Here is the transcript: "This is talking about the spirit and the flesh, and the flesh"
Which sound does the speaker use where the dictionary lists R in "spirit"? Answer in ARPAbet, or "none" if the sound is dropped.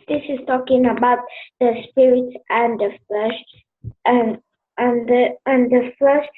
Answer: R